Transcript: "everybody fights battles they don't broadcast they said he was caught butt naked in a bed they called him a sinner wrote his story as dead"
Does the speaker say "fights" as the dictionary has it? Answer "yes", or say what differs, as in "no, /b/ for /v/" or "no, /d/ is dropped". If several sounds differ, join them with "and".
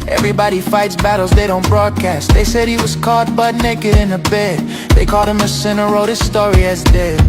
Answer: yes